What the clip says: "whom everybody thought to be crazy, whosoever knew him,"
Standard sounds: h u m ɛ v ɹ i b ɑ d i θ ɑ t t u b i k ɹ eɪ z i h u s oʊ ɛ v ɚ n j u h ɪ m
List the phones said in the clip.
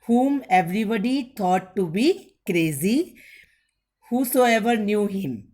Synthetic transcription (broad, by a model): h u m ɛ v ɹ i b ɑ d i t ɑ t t u b i k ɹ eɪ z i h u s oʊ ɛ v ɚ n j u h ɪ m